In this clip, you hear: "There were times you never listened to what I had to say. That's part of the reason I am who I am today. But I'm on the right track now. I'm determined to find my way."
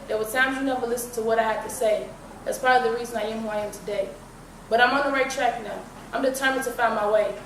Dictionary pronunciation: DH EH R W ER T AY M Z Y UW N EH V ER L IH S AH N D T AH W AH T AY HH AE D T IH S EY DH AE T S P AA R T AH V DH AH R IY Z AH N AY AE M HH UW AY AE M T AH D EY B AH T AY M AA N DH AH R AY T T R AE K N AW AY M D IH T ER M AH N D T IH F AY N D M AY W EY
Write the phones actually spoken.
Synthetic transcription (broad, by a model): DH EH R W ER S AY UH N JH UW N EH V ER L IH S N T AH W AH T AY HH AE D T IH S EY DH AE T S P AA R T AH V DH AH R IY Z AH N AY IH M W AY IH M T AH D EY B AH T AY M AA N DH AH R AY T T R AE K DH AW AY M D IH T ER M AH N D T IH F AY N M AY W EY